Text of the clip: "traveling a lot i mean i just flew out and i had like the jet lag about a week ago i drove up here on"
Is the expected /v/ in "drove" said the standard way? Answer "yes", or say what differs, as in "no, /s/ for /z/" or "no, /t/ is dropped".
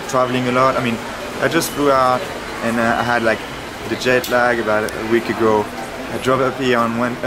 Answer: no, /p/ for /v/